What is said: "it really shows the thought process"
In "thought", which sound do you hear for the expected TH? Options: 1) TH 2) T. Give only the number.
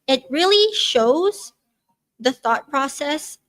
1